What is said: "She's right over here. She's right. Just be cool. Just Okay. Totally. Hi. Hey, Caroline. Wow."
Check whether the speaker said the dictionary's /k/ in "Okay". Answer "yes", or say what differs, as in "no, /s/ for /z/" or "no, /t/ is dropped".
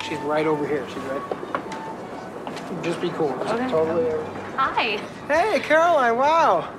no, /k/ is dropped